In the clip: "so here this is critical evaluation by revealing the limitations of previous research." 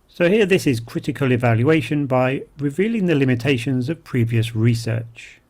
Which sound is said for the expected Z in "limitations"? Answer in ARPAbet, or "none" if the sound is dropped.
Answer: Z